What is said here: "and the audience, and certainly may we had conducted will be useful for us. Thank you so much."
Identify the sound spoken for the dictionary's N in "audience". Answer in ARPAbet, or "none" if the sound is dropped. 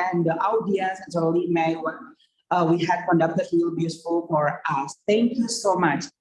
none